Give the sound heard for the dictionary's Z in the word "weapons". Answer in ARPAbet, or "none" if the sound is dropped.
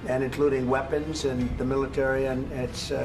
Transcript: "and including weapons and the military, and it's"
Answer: Z